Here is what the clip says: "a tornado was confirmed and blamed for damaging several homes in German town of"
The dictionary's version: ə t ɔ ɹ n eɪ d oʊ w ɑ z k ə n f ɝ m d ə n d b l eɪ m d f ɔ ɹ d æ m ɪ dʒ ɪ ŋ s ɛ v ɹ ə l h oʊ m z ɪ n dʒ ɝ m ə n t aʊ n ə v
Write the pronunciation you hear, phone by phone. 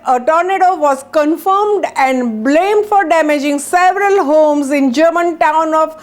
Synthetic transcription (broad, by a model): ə t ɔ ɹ n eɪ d oʊ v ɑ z k ə n f ɝ m d ə n d b l eɪ m d f ɔ ɹ d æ m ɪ dʒ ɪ ŋ s ɛ v ɹ ə l h oʊ m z ɪ n dʒ ɝ m ə n t aʊ n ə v